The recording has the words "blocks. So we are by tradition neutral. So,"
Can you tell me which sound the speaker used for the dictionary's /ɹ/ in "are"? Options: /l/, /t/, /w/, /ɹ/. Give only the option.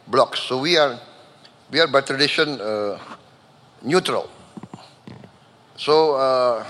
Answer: /w/